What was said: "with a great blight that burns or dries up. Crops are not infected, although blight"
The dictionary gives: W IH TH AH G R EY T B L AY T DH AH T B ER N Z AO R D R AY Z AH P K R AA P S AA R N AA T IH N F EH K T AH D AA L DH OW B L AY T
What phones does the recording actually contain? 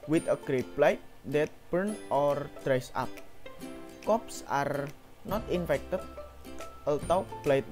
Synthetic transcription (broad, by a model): W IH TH AH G R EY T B L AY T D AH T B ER N AO R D R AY S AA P K AA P S AA R N AA T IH N F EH K T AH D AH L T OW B L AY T